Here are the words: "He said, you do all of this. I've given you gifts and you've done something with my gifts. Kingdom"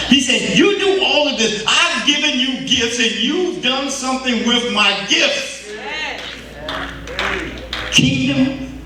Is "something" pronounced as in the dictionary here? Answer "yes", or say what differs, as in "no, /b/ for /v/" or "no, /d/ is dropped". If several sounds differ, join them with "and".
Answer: yes